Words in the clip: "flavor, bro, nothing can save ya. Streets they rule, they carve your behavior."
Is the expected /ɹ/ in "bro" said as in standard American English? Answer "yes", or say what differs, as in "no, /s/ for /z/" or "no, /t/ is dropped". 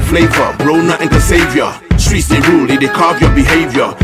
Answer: yes